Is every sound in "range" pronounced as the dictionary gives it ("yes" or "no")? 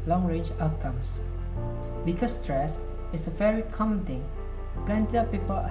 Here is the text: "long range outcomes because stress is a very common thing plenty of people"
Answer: no